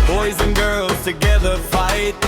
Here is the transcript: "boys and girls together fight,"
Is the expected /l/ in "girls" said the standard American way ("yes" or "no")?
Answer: yes